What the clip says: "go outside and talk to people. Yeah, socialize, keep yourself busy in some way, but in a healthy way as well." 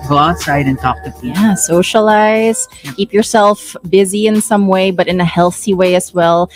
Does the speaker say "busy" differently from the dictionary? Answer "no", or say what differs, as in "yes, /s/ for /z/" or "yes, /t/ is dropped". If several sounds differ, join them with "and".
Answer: no